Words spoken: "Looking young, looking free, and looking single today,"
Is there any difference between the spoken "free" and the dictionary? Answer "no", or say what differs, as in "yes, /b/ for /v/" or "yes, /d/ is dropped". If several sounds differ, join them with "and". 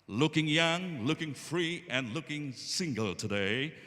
no